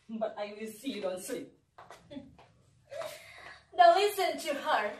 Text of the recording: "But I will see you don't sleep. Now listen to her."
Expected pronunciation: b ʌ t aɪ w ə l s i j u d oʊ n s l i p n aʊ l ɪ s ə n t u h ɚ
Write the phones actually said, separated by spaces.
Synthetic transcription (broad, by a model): b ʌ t aɪ w ə l s i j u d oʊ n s i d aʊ l ɪ s ə n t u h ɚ